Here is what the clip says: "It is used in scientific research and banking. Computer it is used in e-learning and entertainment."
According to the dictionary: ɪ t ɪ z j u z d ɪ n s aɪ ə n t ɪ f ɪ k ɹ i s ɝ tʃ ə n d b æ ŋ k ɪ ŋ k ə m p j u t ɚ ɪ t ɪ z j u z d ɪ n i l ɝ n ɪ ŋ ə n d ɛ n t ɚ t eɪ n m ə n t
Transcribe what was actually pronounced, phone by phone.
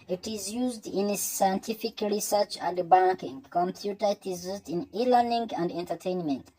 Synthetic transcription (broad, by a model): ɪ t ɪ z j u z d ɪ n s aɪ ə n t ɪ f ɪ k ɹ i s ɝ tʃ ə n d b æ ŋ k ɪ ŋ k ə m p j u t ɚ ɪ t ɪ z j u z d ɪ n i l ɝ n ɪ ŋ ə n d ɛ n t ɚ t eɪ n m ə n t